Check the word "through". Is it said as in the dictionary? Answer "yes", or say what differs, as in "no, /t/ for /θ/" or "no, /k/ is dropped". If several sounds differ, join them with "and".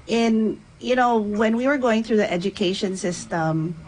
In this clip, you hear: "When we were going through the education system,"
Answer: yes